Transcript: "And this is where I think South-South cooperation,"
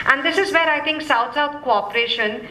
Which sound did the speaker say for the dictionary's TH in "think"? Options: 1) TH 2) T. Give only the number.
2